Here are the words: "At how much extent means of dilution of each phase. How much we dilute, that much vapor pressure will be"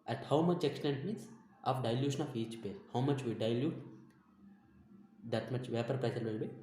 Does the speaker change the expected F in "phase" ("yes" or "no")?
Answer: yes